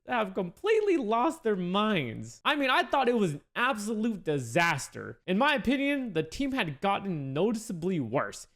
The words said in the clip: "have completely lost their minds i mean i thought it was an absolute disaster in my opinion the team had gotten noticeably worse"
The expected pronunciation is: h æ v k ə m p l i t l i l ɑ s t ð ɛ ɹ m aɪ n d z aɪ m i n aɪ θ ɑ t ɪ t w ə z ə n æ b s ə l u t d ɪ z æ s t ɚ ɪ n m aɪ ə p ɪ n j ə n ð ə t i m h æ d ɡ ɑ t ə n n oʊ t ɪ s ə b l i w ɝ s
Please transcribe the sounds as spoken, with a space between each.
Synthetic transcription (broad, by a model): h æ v k ə m p l i t l i l ɑ s t ð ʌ ɹ m aɪ n d z aɪ m i n aɪ θ ɑ t ɪ t w ə z n æ b s ə l u t d ɪ z æ s t ɚ ɪ n m aɪ ə p ɪ n j ə n ð ə t i m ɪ d ɡ ɑ t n n oʊ t ɪ s ə b l i w ɝ s